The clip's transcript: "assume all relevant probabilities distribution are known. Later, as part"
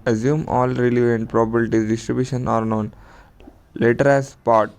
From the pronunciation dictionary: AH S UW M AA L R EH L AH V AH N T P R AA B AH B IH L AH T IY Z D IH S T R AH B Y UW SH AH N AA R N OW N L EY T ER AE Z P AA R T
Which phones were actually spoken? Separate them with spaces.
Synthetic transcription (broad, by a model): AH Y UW M AA L R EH L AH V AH N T P R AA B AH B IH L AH T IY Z D IH S T R AH B Y UW SH AH N AA R N OW N L EY T ER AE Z P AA R T